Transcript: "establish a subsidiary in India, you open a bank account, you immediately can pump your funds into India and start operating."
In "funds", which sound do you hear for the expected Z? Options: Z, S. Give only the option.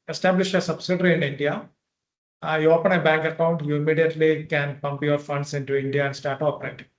S